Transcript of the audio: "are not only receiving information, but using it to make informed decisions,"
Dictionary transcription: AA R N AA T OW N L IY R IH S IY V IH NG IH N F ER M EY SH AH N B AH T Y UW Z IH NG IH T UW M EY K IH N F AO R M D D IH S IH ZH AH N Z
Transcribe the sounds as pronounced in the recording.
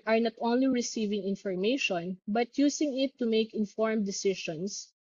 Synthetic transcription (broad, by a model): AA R N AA T OW N L IY R IH S IY V IH NG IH N F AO M EY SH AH N B AH T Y UW S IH NG IH T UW M EY K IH N F AO R M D D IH S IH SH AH N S